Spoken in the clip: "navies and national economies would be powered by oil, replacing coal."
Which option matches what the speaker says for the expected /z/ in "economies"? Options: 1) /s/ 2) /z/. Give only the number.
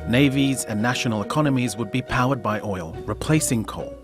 2